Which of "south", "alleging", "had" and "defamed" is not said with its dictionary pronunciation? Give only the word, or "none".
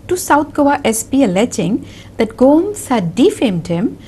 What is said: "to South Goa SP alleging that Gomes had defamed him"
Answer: south